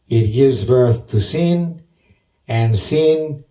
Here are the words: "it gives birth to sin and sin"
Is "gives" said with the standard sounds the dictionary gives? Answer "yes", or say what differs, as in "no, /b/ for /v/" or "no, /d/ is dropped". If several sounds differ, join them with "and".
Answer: yes